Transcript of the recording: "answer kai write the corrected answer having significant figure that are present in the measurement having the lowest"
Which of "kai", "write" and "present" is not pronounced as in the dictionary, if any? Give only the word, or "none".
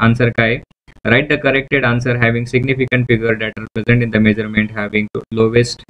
none